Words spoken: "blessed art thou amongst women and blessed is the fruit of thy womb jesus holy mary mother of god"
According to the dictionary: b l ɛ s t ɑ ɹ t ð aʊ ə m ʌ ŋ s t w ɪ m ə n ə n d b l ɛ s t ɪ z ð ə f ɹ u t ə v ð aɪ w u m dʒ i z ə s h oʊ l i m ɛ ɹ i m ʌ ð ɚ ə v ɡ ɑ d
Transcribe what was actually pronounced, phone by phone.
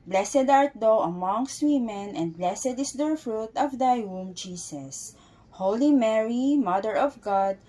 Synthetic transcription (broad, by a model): b l ɛ s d ɑ ɹ t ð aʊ ə m ʌ ŋ s t w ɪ m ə n ə n d b l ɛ s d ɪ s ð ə f ɹ u t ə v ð aɪ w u m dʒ i s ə s h oʊ l i m ɛ ɹ i m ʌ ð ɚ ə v ɡ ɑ d